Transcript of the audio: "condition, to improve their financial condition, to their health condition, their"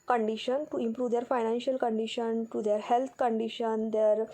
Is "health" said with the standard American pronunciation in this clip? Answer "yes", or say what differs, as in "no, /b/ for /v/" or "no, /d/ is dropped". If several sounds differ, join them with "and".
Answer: no, /t/ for /θ/